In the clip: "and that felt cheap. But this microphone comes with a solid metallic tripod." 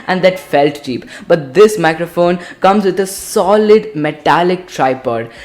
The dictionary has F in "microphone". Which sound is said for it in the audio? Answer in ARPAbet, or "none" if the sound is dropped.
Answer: F